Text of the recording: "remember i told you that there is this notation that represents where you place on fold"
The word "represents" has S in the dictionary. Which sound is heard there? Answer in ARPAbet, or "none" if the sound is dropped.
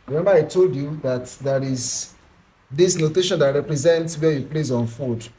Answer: S